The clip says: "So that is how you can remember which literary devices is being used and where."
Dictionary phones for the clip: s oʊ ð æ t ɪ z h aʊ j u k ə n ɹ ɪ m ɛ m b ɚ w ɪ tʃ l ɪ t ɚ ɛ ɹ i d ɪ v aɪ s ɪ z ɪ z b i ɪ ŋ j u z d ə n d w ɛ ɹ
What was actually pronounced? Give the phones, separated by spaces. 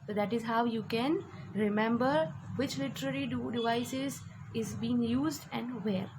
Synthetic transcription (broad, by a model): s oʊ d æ t ɪ z h aʊ j u k ə n ɹ ɪ m ɛ m b ɚ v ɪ tʃ l ɪ t ɚ ɛ ɹ i d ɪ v aɪ s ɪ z ɪ z b i ɪ ŋ j u z d ə n d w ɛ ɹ